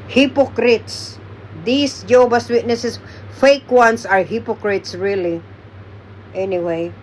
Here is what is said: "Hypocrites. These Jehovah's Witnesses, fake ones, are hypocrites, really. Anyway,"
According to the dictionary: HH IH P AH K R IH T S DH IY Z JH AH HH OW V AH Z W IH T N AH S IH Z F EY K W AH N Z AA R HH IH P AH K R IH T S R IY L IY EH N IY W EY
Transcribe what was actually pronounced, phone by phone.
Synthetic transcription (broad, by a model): HH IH P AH K R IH T S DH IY S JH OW B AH S W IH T N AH S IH S F EY K W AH N S AA R HH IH P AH K R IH T S R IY L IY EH N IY W EY